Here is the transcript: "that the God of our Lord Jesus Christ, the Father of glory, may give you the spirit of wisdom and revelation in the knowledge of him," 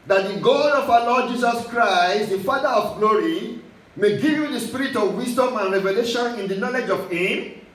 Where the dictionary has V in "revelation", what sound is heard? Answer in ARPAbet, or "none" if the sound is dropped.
V